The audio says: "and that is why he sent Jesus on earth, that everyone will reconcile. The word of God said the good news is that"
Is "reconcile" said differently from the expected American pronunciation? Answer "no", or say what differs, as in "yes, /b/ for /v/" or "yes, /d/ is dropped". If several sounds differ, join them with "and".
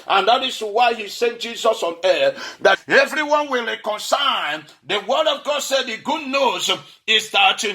yes, /n/ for /l/